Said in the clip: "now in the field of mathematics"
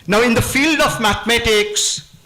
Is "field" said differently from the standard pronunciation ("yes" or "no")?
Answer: no